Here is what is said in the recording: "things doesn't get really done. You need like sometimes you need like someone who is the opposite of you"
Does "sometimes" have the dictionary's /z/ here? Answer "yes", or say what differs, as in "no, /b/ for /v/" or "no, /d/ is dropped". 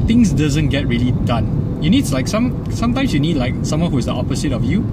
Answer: no, /s/ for /z/